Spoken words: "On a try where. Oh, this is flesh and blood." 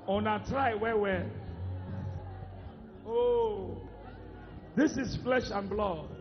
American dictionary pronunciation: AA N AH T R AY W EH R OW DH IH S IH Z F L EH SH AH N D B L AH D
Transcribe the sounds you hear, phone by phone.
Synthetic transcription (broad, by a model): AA N AH T R AY W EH W OW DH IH S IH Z F L EH SH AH N B L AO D